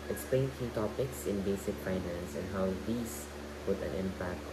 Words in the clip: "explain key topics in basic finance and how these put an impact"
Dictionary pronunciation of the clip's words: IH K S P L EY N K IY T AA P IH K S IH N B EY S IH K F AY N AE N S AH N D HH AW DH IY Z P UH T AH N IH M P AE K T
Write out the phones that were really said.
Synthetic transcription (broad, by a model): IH K S P L EY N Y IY T AA P IH K S IH N B EY S IH K F AY N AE N S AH N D HH AW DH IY S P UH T AH N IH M P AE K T